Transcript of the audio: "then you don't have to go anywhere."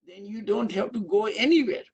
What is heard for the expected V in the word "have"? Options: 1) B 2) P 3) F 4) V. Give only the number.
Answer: 2